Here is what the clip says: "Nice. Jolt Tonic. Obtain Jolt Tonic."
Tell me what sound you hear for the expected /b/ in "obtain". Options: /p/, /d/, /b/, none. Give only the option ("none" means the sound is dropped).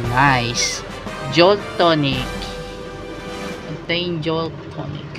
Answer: none